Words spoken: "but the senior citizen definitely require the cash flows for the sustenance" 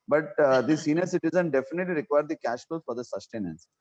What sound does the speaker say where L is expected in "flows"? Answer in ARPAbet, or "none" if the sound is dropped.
none